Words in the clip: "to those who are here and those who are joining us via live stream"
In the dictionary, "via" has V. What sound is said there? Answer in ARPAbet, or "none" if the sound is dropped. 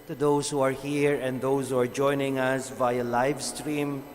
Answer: V